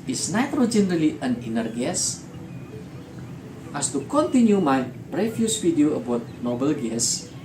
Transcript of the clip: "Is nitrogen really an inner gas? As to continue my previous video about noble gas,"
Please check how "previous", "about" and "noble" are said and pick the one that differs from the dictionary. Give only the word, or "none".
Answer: previous